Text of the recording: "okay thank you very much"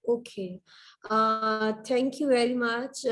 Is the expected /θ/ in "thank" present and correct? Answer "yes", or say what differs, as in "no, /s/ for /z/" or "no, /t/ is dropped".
no, /t/ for /θ/